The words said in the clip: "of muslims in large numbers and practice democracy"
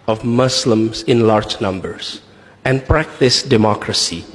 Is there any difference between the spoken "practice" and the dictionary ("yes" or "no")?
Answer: no